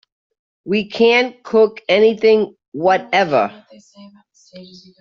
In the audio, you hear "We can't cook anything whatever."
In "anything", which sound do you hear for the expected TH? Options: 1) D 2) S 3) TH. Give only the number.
3